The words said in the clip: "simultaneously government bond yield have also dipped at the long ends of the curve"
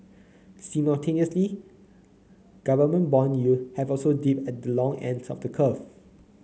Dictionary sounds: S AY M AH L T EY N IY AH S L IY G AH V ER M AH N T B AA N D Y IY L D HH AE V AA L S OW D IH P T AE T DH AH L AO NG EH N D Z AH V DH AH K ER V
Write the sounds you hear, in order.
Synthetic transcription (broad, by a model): S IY M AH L T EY N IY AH S L IY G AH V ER M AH N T B AA N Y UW HH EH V AA L S OW D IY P EH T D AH L AO NG EH N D S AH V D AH K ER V